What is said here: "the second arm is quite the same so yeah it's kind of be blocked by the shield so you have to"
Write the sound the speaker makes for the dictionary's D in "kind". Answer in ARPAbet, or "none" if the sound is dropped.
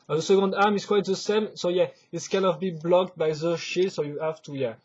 none